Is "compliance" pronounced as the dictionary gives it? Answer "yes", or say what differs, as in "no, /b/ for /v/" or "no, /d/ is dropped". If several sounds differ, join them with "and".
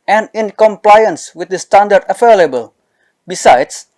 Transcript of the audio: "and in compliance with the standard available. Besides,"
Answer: yes